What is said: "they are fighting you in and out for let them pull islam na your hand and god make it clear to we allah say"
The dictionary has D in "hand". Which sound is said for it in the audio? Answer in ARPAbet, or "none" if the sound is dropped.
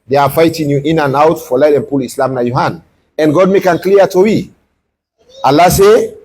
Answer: none